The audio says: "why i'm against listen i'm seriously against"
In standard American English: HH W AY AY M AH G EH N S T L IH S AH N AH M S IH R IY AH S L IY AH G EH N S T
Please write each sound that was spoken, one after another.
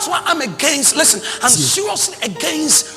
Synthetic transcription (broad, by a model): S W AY AY M AH G EH N S T L IH S AH N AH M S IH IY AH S IY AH G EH N S T